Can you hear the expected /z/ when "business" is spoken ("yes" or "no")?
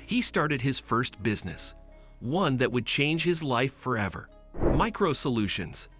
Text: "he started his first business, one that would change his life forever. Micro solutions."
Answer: yes